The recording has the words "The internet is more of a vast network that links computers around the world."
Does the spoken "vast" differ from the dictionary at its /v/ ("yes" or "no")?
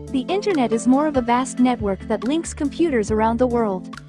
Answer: no